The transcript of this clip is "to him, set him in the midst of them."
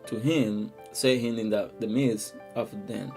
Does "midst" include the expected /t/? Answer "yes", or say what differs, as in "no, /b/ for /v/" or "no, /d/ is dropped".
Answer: no, /t/ is dropped